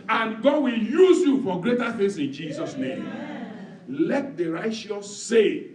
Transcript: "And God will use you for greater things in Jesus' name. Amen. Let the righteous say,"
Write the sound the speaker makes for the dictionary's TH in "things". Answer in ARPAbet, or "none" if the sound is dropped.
F